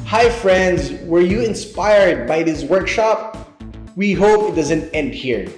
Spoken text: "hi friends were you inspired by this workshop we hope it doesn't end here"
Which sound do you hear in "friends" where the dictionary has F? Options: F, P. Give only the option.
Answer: F